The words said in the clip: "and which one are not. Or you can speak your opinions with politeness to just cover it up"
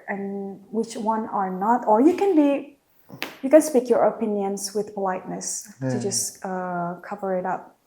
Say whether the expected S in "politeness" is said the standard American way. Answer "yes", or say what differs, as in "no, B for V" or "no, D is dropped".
yes